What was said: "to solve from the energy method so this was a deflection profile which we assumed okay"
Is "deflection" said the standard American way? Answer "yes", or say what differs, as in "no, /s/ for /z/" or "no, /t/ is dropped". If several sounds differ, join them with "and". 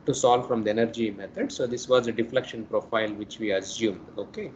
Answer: yes